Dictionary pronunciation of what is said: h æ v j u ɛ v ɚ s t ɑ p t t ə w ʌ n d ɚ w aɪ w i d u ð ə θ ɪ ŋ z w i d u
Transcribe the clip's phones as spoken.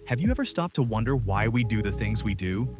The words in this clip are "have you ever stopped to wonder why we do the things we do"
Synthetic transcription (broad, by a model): h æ v j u ɛ v ɚ s t ɑ p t t ə w ʌ n d ɚ w aɪ w i d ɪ ð ə θ ɪ ŋ z w i d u